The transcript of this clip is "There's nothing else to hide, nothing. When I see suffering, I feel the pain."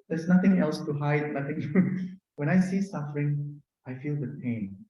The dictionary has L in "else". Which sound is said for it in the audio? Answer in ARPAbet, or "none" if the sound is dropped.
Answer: L